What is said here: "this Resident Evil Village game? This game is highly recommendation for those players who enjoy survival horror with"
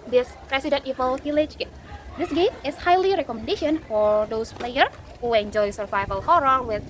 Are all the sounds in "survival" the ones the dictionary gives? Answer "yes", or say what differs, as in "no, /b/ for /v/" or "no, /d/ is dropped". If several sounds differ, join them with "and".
yes